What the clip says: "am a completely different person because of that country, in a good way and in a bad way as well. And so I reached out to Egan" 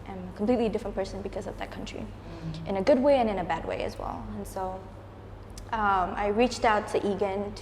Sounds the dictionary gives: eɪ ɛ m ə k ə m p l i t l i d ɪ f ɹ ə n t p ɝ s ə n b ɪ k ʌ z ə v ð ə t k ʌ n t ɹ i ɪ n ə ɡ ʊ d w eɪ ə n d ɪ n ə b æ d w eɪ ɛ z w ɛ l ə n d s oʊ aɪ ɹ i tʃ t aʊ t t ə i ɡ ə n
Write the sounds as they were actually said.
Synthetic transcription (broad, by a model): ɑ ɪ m ə k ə m p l i t l i d ɪ f ɹ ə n p ɝ s ə n b ɪ k ʌ z ə v ð ə t k ʌ n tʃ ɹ i ɪ n ə ɡ ʊ d w eɪ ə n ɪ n ə b æ d w eɪ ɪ z w ɛ l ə n s oʊ aɪ ɹ i tʃ t aʊ t t i ɡ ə n